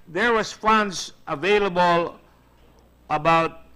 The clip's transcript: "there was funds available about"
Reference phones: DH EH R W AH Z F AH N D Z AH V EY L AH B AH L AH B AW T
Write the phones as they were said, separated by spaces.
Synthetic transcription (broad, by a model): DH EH R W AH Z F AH N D S AH V EY L AH B AH L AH B AW T